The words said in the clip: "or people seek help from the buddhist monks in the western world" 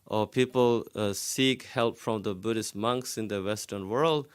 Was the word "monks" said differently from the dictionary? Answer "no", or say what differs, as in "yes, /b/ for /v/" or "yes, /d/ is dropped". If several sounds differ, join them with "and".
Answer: no